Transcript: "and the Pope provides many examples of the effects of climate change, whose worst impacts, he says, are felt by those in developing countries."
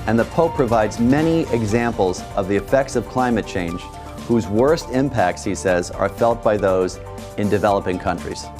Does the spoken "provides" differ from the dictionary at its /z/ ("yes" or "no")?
no